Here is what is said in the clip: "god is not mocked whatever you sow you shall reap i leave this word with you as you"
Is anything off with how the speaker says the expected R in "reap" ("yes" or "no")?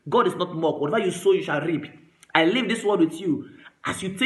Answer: no